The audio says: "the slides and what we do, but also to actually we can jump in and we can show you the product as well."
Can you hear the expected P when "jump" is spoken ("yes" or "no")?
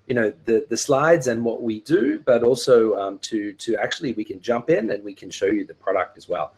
yes